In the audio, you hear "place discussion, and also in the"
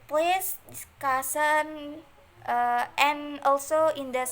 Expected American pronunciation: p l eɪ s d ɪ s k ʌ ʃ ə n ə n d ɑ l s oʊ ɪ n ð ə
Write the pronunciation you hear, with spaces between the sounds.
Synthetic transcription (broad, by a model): p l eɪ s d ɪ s k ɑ s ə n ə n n ɑ l s oʊ ɪ n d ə